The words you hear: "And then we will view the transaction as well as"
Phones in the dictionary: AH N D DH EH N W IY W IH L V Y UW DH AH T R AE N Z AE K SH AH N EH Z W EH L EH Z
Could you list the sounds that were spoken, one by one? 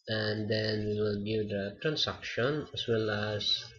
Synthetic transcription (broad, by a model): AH N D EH N W IY W IH L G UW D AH T R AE N S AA K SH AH N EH S W EH L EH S